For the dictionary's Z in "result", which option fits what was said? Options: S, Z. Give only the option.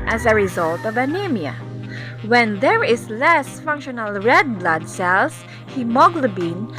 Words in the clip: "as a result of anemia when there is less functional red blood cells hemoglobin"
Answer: Z